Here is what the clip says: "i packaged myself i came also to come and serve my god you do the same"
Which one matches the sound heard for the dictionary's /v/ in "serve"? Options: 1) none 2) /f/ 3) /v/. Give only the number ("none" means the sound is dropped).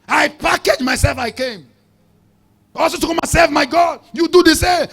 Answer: 2